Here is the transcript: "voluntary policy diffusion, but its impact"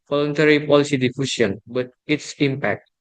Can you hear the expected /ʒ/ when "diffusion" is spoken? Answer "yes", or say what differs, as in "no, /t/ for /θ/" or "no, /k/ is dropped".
no, /s/ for /ʒ/